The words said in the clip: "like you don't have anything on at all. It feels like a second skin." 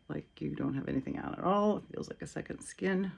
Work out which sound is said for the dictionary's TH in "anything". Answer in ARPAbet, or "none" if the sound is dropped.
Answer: TH